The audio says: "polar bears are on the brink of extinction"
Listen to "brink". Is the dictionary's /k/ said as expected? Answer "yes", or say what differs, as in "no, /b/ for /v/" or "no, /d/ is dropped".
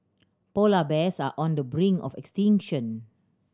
no, /k/ is dropped